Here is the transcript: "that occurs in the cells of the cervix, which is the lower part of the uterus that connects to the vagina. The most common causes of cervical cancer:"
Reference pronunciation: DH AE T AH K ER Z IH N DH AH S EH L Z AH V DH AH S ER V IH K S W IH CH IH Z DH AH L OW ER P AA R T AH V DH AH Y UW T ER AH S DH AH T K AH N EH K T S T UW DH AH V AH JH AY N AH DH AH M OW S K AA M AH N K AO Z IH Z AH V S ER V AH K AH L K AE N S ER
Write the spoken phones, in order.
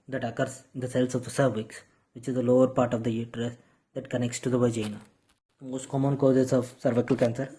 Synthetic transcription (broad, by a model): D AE T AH K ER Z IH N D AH S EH L S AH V S ER V IH K S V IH CH IH Z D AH L OW ER P AA R T AH V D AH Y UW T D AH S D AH T K AH N EH K T S T UW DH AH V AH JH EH N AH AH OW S K AA M AH N K AO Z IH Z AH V S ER V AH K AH L K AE N S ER